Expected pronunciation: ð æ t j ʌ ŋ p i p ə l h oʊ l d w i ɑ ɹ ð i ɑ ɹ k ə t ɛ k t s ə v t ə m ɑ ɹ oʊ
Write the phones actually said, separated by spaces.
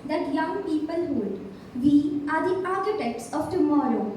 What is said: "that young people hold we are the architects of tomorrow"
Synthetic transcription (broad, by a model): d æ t j ʌ ŋ p i p ə l h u d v i ɑ ɹ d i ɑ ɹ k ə t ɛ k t s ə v t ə m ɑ ɹ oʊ